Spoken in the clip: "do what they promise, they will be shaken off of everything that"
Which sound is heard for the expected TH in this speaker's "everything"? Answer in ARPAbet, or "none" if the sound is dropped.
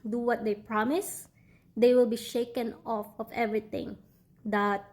T